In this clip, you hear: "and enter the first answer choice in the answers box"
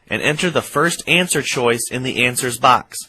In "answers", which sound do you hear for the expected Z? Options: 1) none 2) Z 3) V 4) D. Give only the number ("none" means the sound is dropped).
2